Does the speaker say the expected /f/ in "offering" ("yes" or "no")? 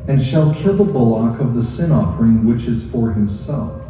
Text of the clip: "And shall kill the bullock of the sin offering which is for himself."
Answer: yes